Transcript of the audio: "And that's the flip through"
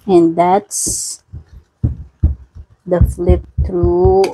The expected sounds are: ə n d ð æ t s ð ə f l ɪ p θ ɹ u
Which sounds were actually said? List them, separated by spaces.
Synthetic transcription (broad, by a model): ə n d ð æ t s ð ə f l ɪ p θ ɹ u